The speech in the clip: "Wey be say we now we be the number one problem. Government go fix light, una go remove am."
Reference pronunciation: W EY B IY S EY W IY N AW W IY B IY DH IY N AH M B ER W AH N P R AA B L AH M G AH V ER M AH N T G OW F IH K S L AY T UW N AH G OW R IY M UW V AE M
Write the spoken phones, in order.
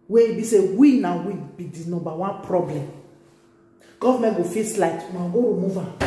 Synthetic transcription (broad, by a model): W EY B IY S EY W IY N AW W IY B IY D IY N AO B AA W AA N P R AA B L AH M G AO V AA M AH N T G OW F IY S L AY T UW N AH G OW R IY M UW V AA